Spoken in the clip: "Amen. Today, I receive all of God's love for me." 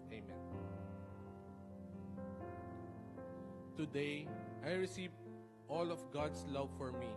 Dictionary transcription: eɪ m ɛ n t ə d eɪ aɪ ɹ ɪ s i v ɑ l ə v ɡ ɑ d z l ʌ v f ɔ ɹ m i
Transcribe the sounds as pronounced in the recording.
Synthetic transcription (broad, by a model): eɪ m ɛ n t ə d eɪ aɪ ɹ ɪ s i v ɑ l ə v ɡ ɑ d s l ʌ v f ɔ ɹ m i